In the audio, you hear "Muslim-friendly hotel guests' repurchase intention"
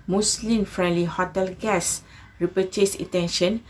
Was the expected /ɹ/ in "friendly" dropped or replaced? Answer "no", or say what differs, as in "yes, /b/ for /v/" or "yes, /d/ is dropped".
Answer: no